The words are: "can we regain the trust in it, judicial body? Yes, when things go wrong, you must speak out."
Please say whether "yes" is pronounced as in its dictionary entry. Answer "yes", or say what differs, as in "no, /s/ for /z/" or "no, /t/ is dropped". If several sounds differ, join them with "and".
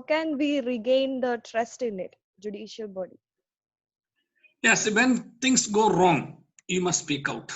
yes